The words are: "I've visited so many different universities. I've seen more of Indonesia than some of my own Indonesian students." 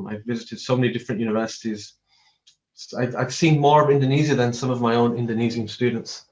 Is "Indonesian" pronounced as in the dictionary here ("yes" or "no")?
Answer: no